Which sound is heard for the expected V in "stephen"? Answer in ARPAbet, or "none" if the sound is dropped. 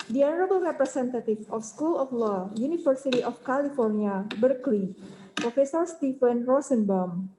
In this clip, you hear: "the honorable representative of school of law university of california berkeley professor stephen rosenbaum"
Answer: F